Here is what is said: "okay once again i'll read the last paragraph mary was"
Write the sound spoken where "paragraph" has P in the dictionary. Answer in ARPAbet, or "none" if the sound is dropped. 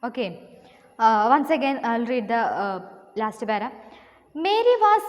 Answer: B